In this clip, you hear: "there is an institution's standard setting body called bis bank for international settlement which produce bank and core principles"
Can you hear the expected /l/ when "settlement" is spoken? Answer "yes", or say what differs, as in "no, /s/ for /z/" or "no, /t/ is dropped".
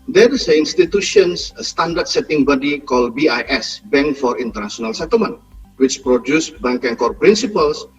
no, /l/ is dropped